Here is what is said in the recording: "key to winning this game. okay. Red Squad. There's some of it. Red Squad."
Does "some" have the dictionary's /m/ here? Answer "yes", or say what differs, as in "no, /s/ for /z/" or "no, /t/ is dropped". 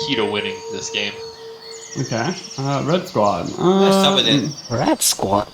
no, /m/ is dropped